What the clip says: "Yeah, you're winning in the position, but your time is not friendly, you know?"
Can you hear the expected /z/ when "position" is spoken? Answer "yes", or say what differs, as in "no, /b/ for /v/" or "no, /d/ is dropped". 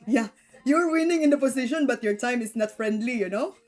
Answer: no, /s/ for /z/